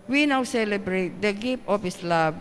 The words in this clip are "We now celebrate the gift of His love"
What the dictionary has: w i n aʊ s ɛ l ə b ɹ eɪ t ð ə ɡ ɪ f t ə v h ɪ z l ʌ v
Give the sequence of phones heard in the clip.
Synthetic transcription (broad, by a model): w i n aʊ s ɛ l ə b ɹ eɪ t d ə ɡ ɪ p t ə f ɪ s l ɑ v